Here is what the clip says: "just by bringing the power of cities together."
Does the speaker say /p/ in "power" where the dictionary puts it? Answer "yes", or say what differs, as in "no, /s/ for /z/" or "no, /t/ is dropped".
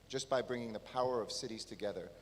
yes